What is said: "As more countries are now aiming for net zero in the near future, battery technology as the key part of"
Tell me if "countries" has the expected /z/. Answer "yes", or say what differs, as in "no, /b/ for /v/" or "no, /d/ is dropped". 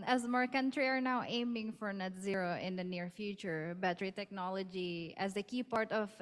no, /z/ is dropped